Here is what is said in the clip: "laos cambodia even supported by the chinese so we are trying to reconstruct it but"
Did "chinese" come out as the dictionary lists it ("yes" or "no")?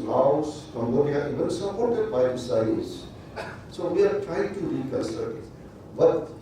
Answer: no